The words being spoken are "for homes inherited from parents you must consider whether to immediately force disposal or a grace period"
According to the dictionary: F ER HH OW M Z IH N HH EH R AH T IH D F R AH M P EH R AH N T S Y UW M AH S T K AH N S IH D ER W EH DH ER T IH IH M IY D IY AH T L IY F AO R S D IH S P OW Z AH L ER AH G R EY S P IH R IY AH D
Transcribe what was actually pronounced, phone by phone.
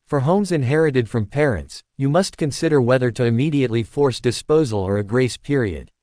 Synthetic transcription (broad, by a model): F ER HH OW M Z IH N HH EH R AH T IH D F R AH M P EH R AH N T S Y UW M AH S T K AH N S IH D ER W EH DH ER T IH IH M IY D IY AH T L IY F AO R S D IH S P OW Z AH L ER AH G R EY S P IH R IY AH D